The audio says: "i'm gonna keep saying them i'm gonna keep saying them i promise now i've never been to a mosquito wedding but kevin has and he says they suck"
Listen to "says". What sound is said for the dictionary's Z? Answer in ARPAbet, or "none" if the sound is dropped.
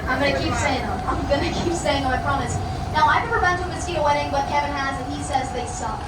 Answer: Z